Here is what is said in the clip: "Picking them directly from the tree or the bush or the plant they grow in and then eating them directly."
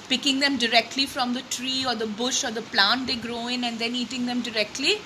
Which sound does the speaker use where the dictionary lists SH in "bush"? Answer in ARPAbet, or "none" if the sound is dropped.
SH